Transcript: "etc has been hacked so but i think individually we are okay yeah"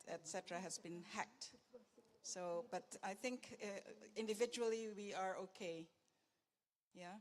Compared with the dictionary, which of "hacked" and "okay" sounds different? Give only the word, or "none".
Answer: none